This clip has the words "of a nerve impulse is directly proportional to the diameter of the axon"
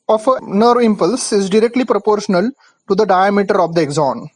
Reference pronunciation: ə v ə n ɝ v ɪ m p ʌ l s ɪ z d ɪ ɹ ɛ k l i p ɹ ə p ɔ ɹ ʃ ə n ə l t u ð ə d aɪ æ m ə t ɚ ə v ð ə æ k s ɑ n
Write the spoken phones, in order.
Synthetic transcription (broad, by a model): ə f ə n ɝ v ɪ m p ʌ l s ɪ z d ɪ ɹ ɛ k l i p ɹ ə p ɔ ɹ ʃ ə n ə l t u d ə d aɪ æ m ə t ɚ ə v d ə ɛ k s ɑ n